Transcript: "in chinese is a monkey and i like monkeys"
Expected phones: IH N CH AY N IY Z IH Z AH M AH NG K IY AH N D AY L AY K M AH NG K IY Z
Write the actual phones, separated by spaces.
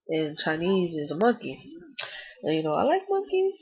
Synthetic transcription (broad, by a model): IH N CH AY N IY Z IH Z AH M AH NG K IY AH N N AY L AY K M AH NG K IY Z